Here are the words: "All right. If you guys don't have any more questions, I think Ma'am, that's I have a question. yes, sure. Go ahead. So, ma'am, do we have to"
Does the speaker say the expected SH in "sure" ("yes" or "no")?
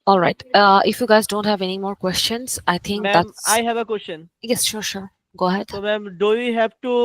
yes